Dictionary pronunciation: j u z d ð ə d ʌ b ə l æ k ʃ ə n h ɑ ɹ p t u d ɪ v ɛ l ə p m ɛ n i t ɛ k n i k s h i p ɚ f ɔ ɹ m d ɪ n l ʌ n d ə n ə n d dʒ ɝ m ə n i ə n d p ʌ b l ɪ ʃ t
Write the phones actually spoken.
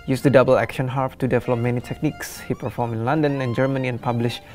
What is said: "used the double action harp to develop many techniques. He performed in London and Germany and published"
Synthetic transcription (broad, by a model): j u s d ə d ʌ b ə l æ k ʃ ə n h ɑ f t u d ɪ v ɛ l ə p m ɛ n i t ɛ k n i k s h i p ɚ f ɔ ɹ m ɪ n l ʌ n d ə n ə n dʒ ɝ m ə n i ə n p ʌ b l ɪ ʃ